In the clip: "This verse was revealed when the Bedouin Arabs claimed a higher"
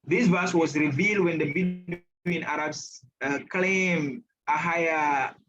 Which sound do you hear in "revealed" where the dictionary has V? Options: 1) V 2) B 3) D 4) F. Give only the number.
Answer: 1